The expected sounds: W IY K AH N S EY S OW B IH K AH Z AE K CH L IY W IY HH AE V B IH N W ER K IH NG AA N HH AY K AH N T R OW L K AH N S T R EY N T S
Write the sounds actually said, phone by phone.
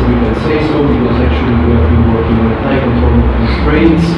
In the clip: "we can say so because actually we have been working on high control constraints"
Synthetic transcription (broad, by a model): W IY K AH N S EY S OW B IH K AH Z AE K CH IY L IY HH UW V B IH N W ER K IH NG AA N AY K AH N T OW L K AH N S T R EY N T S